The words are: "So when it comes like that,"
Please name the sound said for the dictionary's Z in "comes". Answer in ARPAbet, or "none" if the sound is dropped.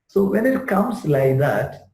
S